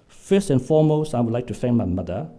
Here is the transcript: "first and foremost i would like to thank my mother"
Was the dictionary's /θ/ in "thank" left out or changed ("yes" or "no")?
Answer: yes